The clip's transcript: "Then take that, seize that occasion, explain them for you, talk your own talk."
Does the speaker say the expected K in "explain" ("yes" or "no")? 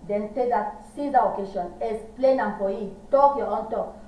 no